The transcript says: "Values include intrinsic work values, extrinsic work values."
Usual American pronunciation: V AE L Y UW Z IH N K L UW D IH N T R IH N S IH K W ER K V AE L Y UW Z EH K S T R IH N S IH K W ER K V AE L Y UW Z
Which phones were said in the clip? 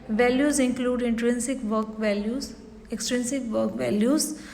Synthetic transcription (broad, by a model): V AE L Y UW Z IH N K L UW D IH N T R IH N S IH K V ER K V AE L Y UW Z EH K S T R IH N S IH K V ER K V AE L Y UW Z